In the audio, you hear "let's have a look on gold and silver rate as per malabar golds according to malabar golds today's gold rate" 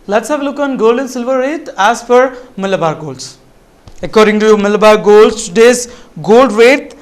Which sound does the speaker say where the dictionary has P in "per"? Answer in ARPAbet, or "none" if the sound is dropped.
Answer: F